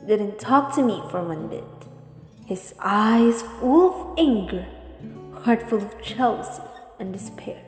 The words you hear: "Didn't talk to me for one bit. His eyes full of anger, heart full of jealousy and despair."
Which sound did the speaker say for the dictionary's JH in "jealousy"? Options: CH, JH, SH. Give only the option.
CH